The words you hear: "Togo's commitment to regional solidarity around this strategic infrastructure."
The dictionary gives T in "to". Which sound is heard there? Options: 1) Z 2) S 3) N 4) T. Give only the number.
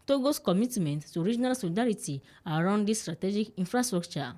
2